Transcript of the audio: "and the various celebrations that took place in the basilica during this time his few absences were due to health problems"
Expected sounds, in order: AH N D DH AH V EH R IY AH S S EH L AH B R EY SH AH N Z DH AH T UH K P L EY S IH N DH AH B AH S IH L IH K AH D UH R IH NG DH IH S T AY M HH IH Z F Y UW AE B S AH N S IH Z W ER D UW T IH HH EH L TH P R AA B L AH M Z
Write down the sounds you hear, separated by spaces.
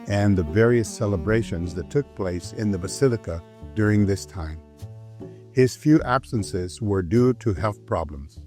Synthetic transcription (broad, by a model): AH N DH AH V EH R IY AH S S EH L AH B R EY SH AH N Z DH AH T UH K P L EY S IH N DH AH B AH S IH L IH K AH D UH R IH NG DH IH S T AY M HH IH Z F Y UW AE B S AH N S IH Z W ER D UW T IH HH EH L TH P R AA B L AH M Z